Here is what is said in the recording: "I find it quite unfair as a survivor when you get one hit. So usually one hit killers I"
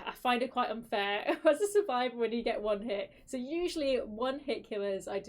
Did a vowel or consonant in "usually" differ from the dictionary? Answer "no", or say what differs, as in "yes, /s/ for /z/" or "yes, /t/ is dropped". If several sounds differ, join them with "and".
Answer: no